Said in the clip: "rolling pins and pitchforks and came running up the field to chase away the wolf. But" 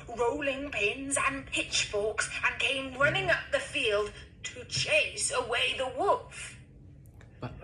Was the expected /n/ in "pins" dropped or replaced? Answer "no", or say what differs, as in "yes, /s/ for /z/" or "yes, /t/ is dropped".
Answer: no